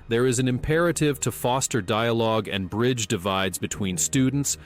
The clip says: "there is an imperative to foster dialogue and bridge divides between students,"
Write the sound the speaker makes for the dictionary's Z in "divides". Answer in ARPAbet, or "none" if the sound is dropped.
Z